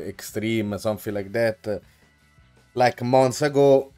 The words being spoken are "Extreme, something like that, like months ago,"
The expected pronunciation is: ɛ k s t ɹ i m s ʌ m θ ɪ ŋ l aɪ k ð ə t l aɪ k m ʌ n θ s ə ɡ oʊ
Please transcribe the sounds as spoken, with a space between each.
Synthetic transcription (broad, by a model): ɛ k s t ɹ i m s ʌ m f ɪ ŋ l aɪ k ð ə t l aɪ k m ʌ n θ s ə ɡ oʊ